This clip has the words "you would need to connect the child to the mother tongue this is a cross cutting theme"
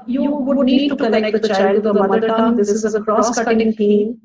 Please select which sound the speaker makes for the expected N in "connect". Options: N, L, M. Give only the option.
L